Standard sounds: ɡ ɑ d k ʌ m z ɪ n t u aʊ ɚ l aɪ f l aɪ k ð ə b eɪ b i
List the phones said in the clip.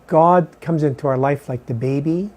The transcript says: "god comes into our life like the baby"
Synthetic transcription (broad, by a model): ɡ ɑ d k ʌ m z ɪ n t u aʊ ɚ l aɪ f l aɪ k ð ə b eɪ b i